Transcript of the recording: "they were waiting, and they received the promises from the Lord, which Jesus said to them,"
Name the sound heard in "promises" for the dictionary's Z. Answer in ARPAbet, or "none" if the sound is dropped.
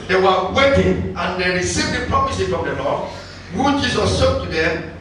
none